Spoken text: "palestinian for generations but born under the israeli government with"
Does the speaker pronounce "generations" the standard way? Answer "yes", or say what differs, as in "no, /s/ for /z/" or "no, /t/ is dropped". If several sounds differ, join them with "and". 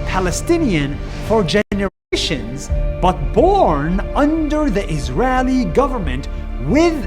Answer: yes